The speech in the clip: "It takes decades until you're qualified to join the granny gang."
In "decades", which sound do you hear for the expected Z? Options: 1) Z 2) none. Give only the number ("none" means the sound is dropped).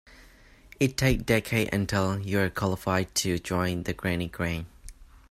2